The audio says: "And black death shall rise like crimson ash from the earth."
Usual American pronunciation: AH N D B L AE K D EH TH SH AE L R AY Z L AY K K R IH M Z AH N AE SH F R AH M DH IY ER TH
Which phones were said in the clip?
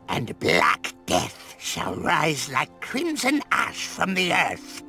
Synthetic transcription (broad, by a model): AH N B L AE K D EH TH SH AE L R AY Z L AY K K R IH M Z AH N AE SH F R AH M DH IY ER TH